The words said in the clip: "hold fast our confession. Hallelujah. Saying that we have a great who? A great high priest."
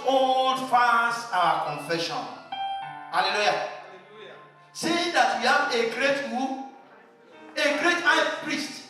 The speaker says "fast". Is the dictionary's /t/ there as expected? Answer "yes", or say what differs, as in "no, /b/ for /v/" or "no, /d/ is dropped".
no, /t/ is dropped